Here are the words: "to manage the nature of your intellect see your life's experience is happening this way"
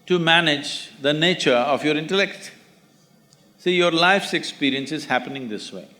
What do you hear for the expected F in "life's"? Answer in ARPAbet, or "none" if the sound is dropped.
F